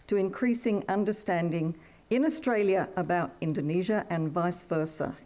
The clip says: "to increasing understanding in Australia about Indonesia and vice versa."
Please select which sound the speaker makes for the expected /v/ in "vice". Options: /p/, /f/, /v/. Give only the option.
/v/